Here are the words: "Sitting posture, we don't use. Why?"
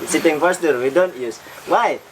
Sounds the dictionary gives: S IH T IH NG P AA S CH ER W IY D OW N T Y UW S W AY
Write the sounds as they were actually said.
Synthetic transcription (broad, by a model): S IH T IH NG F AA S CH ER W IY D OW N T Y UW S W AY